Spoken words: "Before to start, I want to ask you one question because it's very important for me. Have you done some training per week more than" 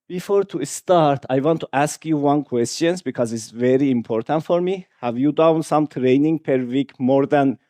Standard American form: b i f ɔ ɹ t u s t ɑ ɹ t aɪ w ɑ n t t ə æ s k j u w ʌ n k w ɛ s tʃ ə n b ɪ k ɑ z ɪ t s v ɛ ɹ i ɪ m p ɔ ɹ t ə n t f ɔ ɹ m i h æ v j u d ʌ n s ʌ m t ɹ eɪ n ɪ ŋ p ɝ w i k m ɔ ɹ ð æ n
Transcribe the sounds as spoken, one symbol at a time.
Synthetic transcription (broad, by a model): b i f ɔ ɹ t u s t ɑ ɹ t aɪ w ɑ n t t æ s k j u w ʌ n k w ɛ s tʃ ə n b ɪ k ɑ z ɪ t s v ɛ ɹ i ɪ m p ɔ ɹ t ə n t f ɔ ɹ m i h æ v j u d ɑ n s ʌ m t ɹ eɪ n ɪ ŋ p ɝ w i k m ɔ ɹ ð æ n